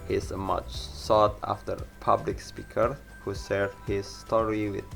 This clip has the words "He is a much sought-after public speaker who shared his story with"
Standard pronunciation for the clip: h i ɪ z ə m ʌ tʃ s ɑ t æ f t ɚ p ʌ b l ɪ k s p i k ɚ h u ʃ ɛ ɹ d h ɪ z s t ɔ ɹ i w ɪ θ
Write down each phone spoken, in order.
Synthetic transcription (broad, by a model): h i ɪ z ə m ʌ tʃ s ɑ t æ f t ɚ p ʌ b l ɪ k s p i k ɚ h u s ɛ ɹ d h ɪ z s t ɔ ɹ i w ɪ